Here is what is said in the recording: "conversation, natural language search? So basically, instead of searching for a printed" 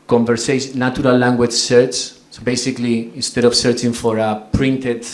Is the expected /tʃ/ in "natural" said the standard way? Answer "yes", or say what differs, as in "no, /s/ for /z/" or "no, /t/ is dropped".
no, /tʃ/ is dropped